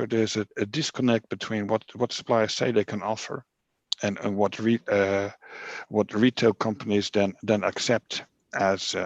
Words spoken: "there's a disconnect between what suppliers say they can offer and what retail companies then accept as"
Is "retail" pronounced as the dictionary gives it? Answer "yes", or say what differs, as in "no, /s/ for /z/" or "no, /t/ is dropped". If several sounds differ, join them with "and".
yes